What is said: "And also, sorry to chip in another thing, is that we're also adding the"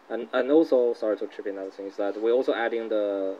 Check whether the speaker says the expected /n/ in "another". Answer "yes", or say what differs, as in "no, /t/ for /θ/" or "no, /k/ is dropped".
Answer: no, /n/ is dropped